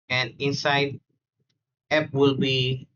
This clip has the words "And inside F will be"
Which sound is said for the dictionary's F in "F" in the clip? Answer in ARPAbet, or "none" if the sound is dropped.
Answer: P